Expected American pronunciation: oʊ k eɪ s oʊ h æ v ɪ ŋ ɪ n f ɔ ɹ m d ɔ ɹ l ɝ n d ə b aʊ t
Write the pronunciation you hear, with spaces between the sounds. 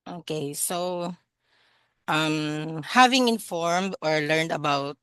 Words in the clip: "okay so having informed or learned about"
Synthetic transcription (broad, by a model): oʊ k eɪ s oʊ h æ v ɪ ŋ ɪ n f ɔ ɹ m d ɔ ɹ l ɝ n d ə b aʊ t